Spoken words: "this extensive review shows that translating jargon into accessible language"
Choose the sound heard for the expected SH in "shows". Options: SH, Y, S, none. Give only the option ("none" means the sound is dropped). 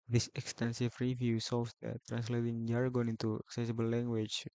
S